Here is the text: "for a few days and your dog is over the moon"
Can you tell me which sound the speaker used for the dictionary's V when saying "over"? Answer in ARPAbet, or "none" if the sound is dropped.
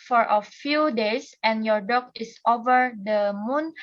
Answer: V